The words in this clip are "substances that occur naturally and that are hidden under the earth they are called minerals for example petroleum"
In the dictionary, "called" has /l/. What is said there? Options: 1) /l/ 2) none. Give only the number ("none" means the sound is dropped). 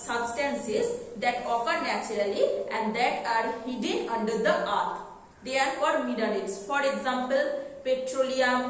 2